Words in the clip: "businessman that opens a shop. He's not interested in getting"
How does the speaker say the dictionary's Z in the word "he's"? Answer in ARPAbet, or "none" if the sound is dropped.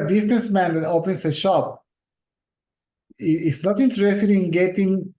S